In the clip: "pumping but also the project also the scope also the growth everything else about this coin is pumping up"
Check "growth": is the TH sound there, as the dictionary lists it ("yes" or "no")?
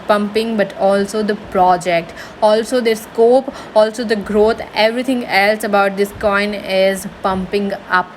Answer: no